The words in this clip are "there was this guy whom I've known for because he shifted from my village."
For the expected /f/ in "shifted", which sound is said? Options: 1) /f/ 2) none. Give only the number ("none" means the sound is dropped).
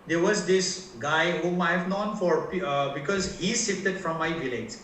2